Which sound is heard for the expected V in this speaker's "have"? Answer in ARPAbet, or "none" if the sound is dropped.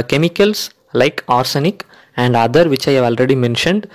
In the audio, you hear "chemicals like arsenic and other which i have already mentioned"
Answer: V